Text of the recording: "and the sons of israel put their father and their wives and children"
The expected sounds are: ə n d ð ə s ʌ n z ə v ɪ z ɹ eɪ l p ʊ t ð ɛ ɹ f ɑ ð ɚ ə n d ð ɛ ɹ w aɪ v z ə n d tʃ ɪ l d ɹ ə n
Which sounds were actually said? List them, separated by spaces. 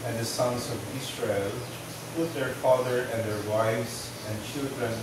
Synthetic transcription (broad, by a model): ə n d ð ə s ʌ n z ə v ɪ s ɹ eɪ l p ʊ t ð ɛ ɹ f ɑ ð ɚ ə n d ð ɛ ɹ w aɪ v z ə n d tʃ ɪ l d ɹ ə n